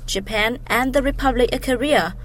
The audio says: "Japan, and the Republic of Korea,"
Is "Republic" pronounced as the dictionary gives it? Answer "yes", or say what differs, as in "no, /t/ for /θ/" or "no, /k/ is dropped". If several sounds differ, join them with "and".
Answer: yes